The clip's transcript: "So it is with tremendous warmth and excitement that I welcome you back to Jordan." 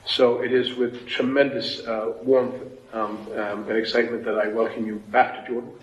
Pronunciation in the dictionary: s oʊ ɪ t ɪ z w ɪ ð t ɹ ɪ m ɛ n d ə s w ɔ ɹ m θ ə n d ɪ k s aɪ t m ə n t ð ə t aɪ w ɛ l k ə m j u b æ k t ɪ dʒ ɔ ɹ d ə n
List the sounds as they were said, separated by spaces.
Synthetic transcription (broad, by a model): s oʊ ɪ t ɪ z w ɪ ð t ɹ ɪ m ɛ n d ə s w ɔ ɹ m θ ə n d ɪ k s aɪ t m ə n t ð ə t aɪ w ɛ l k ə m j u b æ k t ɪ dʒ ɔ ɹ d n